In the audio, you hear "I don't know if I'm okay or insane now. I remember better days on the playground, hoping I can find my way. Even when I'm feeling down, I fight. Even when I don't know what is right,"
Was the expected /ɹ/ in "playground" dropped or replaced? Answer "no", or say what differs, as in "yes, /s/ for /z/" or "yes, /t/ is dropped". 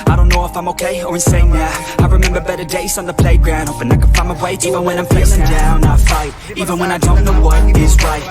no